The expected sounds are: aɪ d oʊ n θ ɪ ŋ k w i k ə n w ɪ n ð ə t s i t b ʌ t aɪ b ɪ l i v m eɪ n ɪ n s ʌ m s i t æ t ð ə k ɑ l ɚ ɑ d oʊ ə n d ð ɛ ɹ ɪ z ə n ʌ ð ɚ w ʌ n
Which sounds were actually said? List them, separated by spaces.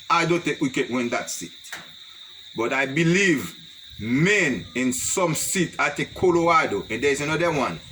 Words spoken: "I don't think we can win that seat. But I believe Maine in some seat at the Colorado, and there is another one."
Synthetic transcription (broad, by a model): aɪ d oʊ n t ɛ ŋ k w i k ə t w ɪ n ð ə t s i t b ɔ t aɪ b ɪ l i v m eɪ n ɪ n s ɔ m s i t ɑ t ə k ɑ l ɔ ɑ d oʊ ə n d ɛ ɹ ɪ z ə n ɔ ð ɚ w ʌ n